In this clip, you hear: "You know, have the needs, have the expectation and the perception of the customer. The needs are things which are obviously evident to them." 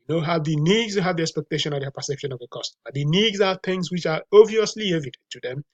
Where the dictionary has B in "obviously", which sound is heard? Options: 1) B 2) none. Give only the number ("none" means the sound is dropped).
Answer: 2